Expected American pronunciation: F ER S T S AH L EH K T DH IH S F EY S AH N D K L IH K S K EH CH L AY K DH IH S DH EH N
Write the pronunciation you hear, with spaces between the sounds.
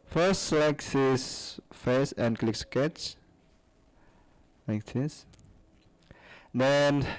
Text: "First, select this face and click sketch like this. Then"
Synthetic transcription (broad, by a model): F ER S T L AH IH K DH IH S F EY S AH N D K L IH K S K EH CH L AY K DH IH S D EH N